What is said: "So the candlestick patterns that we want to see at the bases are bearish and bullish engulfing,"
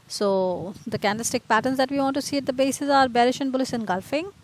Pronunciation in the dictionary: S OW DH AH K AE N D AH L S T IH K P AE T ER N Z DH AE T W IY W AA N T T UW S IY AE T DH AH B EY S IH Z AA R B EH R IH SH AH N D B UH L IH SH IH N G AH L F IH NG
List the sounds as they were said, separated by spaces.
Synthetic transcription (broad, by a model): S OW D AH K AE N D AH S T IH K P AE T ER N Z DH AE T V IY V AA N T T UW S IY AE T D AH B EY S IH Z AA R B EH R IH SH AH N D B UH L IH S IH N G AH L F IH NG